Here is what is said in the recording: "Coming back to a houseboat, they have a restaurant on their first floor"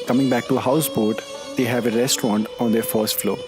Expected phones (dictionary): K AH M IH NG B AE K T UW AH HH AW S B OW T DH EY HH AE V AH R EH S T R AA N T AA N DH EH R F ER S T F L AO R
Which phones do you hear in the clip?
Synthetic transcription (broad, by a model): K AH M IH NG B AE K T UW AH HH AW S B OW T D EY HH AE V AH R EH S T R AA N T AA N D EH R F ER S T F L AO